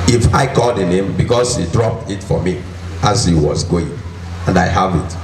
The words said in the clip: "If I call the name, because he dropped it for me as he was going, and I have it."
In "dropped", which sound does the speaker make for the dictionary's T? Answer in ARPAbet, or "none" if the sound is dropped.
T